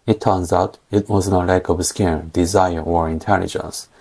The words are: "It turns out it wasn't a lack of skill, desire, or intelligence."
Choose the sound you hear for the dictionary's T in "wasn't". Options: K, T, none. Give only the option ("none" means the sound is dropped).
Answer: none